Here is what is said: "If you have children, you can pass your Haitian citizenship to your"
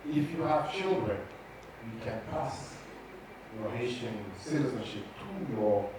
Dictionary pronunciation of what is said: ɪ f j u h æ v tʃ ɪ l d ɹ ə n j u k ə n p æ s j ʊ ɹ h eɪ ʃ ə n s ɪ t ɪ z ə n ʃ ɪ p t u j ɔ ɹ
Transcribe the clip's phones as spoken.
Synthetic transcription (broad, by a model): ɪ f j u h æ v tʃ ɪ l d ɹ ə n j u k ə n p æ s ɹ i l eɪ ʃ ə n s ɪ t ɪ z ə n ʃ ɪ p t u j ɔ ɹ